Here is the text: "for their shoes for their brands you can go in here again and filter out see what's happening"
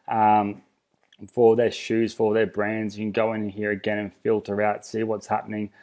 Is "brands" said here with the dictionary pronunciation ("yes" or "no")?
yes